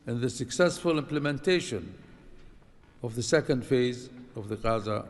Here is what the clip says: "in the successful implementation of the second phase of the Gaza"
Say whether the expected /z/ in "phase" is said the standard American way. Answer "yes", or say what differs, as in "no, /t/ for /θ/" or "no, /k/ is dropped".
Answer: yes